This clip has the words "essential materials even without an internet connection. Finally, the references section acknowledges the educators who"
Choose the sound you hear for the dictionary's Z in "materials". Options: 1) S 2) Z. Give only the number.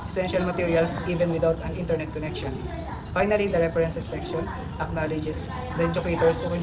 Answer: 1